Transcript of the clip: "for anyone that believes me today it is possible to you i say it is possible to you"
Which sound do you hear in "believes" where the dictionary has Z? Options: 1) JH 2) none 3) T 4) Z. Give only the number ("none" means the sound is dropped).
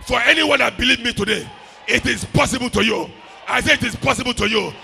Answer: 2